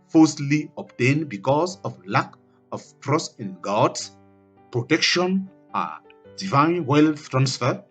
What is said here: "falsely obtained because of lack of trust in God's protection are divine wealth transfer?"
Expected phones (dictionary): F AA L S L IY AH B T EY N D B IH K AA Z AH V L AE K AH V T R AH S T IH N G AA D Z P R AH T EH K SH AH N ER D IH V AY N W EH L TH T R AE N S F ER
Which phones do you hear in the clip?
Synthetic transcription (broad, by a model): F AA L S L IY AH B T EY N B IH K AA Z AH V L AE K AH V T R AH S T IH N G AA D S P R AH T EH K SH AH N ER D IH V AY N W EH L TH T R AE N S F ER